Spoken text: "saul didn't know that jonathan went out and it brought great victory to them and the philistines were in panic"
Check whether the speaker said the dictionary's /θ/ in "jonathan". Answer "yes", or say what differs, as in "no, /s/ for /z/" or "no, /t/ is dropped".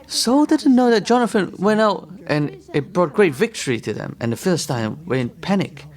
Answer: no, /f/ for /θ/